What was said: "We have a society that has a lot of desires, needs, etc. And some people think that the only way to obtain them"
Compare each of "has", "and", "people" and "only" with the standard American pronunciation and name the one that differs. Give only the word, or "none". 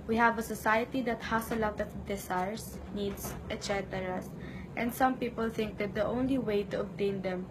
has